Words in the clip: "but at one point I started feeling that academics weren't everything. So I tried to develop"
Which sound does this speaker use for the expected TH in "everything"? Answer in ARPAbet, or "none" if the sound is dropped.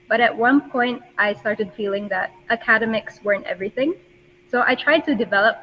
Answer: TH